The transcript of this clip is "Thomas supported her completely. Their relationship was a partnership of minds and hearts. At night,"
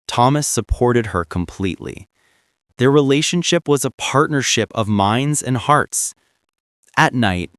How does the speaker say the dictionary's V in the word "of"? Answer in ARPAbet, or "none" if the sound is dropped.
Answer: V